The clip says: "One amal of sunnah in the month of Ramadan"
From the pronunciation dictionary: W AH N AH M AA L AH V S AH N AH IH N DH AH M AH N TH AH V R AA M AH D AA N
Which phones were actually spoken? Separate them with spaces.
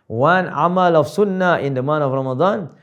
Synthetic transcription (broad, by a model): W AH N AH M AA L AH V S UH N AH IH N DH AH M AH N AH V R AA M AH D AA N